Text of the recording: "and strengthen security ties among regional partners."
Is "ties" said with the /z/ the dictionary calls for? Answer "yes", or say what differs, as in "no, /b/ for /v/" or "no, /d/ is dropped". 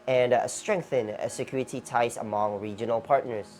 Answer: no, /s/ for /z/